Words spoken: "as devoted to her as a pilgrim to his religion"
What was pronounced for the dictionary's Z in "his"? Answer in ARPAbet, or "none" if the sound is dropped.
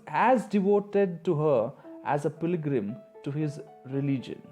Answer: Z